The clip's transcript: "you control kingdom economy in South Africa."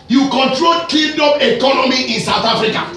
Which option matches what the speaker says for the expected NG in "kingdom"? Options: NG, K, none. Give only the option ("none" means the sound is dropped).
none